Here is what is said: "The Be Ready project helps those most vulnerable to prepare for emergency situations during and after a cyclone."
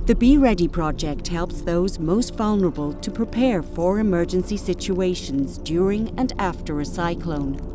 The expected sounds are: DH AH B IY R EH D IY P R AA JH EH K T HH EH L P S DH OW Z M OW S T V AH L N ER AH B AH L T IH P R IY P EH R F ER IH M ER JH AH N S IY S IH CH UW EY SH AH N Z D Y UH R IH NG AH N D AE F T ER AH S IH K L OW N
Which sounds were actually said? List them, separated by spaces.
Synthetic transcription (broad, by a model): DH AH B IY R EH D IY P R AA JH EH K T HH EH L P S DH OW Z M OW S T V AH L N ER AH B AH L T IH P R IY P EH R F ER IH M ER JH AH N S IY S IH CH UW EY SH AH N Z D Y UH R IH NG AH N AE F T ER AH S IH K L OW N